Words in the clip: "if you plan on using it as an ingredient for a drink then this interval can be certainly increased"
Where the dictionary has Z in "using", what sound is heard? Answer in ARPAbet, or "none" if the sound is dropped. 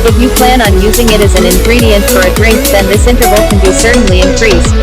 Z